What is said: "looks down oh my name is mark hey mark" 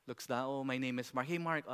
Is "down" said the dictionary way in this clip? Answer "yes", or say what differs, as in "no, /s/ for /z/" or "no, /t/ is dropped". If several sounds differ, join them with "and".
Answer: no, /n/ is dropped